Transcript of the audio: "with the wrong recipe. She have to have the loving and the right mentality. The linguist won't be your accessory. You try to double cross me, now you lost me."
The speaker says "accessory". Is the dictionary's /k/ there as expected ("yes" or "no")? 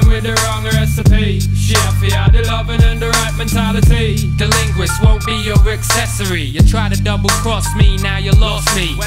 yes